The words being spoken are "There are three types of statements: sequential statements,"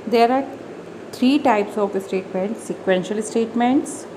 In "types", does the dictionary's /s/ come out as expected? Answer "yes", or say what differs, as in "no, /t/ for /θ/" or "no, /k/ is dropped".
yes